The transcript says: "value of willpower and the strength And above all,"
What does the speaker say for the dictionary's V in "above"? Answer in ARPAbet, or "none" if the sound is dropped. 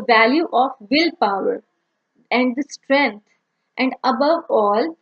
V